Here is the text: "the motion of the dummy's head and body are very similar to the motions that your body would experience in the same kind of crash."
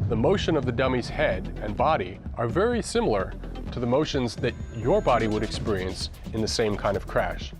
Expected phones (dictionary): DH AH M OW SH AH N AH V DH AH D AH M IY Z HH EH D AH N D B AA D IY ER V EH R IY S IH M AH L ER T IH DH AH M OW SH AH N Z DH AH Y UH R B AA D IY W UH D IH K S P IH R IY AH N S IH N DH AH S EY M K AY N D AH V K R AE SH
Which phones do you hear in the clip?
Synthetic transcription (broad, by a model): DH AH M OW SH AH N AH V DH AH D AH M IY Z HH EH D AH N B AA D IY ER V EH R IY S IH M L ER T IH DH AH M OW SH AH N Z DH AH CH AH R B AA D IY W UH D IH K S P IH R IY AH N S IH N DH AH S EY M K AY N D AH V K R AE SH